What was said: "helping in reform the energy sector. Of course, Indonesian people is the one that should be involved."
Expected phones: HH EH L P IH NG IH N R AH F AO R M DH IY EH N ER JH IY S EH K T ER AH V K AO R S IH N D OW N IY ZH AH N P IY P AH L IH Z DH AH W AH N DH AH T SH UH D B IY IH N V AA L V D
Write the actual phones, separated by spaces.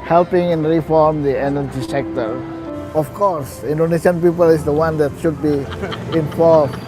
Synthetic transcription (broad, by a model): HH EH L P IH NG IH N R AH F AO R M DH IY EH N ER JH IY S EH K T ER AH F K AO R S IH N D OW N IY S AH N P IY P AH L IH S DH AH W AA N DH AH T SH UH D B IY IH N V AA L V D